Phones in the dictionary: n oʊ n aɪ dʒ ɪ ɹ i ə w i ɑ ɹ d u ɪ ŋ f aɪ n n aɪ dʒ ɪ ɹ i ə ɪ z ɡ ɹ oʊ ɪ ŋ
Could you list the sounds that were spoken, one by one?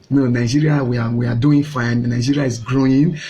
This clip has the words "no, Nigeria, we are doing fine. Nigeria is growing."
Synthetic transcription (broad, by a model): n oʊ n aɪ dʒ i ɹ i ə w i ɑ w d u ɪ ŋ f aɪ n n aɪ dʒ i ɹ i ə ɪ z ɡ ɹ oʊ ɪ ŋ